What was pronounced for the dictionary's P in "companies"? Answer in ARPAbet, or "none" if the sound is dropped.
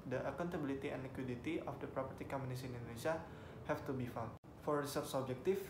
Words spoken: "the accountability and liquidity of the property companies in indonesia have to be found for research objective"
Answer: none